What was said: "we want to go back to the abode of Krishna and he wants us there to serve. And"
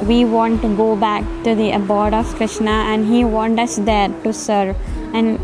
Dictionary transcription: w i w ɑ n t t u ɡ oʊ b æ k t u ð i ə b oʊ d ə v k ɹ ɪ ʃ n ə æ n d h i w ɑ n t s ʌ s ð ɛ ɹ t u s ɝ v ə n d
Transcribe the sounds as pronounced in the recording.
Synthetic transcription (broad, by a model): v i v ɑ n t t u ɡ oʊ b æ k t u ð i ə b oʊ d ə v k ɹ ɪ ʃ n ə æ n d h i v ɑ n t ʌ s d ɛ ɹ t u s ɝ v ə n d